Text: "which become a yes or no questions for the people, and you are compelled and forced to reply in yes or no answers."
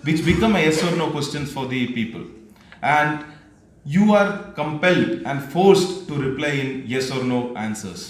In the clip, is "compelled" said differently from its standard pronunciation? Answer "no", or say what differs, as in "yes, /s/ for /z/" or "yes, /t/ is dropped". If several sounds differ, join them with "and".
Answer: no